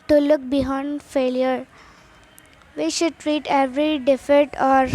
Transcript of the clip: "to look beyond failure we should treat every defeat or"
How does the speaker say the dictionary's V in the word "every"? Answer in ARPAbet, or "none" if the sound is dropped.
V